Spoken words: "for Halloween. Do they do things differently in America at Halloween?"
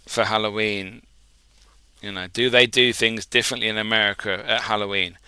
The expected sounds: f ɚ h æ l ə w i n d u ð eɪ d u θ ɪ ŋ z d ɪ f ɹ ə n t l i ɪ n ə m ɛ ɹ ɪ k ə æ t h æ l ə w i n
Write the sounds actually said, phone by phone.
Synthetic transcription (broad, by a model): f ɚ h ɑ l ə w i n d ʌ ð eɪ d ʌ θ ɪ ŋ z d ɪ f ɹ ə n t l i ɪ n ə m ɛ ɹ ɪ k ə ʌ t h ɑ l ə w i n